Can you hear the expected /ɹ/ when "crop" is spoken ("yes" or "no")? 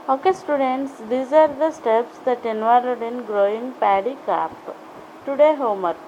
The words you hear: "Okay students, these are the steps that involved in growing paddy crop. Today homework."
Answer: no